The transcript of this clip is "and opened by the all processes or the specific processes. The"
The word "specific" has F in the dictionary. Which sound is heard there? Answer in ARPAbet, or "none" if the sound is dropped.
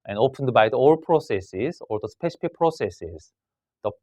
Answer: P